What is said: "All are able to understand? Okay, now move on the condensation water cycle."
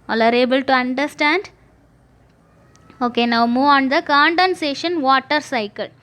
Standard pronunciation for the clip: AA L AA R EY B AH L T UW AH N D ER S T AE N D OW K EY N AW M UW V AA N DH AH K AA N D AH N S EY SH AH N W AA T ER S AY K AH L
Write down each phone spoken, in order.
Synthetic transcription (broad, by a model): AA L AA R EY B AH L T UW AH N D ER S T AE N D OW K EY N AW M UW V AA N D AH K AA N D AH N S EY SH AH N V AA T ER S AY K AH L